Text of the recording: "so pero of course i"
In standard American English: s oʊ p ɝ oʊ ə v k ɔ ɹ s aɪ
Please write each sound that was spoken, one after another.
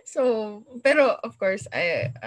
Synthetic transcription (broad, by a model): s oʊ b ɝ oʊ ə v k ɔ ɹ s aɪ